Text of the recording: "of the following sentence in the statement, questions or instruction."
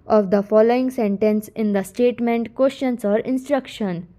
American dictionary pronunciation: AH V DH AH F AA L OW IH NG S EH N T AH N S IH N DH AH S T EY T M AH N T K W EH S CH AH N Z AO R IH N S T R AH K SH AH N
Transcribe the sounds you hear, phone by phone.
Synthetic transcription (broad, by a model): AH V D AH F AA L OW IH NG S EH N T AH N S IH N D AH S T EY T M AH N T K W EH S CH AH N S AO R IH N S T R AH K SH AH N